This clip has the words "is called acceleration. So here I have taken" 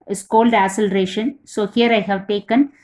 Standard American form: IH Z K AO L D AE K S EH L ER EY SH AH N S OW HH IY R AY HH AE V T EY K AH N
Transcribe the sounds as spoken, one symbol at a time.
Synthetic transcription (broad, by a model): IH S K AO L D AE S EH L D EY SH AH N S OW HH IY R AY HH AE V T EY K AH N